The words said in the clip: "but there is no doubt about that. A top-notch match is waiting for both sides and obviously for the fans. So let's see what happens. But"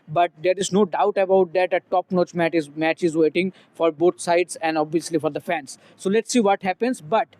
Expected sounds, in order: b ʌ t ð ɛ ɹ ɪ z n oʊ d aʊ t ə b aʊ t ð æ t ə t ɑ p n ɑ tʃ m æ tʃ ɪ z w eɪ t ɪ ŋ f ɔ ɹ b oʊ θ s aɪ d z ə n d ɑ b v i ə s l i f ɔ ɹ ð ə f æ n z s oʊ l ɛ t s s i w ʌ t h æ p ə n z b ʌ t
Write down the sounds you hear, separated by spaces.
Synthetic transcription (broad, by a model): b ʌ t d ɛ ɹ ɪ z n oʊ d aʊ t ə b aʊ t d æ t ə t ɑ p n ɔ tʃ m æ tʃ ɪ z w eɪ t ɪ ŋ f ɔ ɹ b oʊ t s aɪ d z ə n d ɑ b v i ə s l i f ɔ ɹ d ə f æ n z s oʊ l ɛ t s s i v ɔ t h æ p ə n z b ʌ t